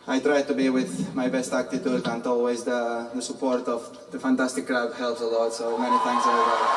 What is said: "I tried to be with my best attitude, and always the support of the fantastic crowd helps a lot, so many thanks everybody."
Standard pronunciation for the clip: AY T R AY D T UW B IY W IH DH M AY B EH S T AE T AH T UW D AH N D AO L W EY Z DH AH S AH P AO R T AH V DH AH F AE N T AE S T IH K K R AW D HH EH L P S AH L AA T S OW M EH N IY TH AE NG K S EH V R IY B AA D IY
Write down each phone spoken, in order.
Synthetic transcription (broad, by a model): AY T R AY D T UW B IY W IH DH M AY B EH S T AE T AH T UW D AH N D AO L W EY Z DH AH S AH P AO R T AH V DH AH F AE N T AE S T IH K K R AW D HH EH L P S AH L AA T S OW M EH N IY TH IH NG S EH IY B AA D